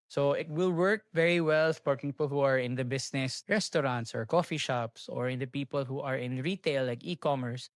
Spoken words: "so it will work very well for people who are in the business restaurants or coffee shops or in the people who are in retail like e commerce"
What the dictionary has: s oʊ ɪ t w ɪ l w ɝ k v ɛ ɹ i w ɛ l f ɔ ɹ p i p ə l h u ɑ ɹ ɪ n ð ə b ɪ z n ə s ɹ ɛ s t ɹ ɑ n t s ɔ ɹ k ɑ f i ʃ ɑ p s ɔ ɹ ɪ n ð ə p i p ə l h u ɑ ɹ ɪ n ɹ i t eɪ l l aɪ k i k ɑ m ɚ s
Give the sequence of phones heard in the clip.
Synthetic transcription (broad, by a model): s oʊ ɪ t w ɪ l w ɝ k v ɛ ɹ i w ɛ l p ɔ ɹ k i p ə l h u ɑ ɹ ɪ n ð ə b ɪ s n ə s ɹ ɛ s t ɹ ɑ n t s ɔ ɹ k ɑ f i ʃ ɑ p s ɔ ɹ ɪ n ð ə p i p ə l h u ɑ ɹ ɪ n ɹ i t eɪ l l aɪ k i k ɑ m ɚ s